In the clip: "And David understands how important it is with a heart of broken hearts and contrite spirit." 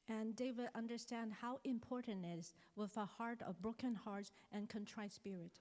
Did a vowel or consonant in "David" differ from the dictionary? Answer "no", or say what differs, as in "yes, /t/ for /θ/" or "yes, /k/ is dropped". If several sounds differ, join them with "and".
yes, /w/ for /v/